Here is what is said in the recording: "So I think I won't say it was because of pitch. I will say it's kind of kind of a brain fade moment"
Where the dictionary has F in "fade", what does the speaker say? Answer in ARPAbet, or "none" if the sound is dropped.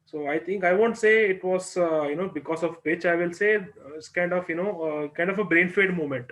F